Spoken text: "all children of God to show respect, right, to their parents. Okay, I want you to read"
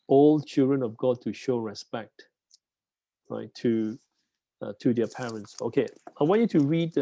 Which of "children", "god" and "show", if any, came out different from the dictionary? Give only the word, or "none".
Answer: none